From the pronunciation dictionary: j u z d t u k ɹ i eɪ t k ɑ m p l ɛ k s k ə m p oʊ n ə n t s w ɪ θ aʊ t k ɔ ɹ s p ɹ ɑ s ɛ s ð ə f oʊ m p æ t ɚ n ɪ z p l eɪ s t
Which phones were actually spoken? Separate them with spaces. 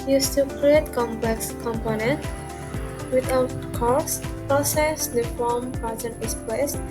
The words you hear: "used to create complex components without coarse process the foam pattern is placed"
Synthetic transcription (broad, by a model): j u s t u k ɹ i eɪ t k ɑ m p l ɛ k s k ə m p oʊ n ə n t w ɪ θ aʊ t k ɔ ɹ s p ɹ ɑ s ɛ s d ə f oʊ m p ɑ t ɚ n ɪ s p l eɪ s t